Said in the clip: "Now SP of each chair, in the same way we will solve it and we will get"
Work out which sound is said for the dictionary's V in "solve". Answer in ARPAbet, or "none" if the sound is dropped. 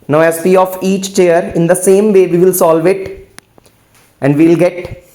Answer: V